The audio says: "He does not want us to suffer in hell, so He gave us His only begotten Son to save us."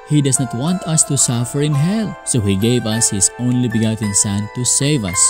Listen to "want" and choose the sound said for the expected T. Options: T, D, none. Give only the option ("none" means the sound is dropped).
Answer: T